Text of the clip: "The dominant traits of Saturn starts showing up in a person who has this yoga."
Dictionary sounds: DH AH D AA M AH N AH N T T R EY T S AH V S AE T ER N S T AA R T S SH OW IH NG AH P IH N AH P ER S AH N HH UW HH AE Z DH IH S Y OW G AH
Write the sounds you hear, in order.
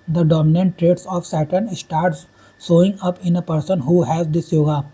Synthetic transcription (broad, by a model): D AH D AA M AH N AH N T T R EY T S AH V S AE T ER N S T AA R T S S OW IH NG AH P IH N AH P ER S AH N HH UW HH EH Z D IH S Y OW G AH